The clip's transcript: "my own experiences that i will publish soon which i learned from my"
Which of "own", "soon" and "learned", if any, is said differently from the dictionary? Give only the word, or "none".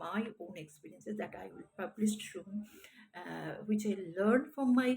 soon